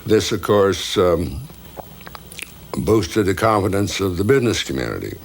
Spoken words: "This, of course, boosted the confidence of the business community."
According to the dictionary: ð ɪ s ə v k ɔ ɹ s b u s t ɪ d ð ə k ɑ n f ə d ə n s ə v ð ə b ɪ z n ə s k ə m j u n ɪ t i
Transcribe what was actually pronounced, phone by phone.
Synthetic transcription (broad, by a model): ð ɪ s ə v k ɔ ɹ s b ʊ s t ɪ d ð ə k ɑ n f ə d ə n s ə v ð ə b ɪ z n ə s k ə m j u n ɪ t i